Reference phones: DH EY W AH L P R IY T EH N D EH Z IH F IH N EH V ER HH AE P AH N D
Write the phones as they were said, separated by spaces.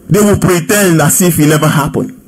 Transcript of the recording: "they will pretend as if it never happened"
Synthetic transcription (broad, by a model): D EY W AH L P R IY T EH N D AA S IH F IH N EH V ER HH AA P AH N